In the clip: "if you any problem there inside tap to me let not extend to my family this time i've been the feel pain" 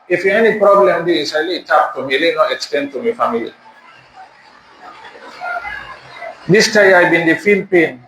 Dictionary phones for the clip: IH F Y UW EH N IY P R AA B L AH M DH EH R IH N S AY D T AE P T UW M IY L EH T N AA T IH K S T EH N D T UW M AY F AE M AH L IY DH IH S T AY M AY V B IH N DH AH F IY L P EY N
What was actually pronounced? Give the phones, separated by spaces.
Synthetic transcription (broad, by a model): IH F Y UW EH N IY P R AA B L AH M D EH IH S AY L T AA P T UW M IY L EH N AA T IH K S T EH N D T UW M AY F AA M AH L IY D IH S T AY AY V B IH N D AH F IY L P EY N